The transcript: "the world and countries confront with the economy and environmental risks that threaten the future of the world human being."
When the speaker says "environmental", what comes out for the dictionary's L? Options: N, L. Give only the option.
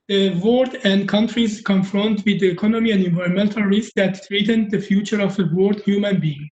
L